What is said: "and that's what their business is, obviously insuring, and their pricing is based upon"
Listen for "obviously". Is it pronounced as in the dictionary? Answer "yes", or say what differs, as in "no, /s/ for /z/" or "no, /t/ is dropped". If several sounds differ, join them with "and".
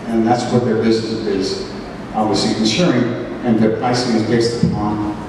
no, /l/ is dropped